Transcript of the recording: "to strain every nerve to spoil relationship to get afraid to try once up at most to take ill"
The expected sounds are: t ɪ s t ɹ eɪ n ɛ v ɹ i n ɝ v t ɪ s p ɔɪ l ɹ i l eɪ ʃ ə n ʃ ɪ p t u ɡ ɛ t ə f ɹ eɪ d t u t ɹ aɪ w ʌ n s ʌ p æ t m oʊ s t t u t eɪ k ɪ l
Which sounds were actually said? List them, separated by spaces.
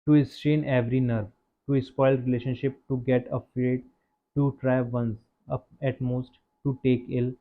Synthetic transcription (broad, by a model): t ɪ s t eɪ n ɛ v ɹ i n ɝ v t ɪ s p ɔɪ l ɹ i l eɪ ʃ ə n ʃ ɪ p t u ɡ ɛ t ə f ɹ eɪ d t u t ɹ aɪ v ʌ n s ʌ p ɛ t m oʊ s t t u t eɪ k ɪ l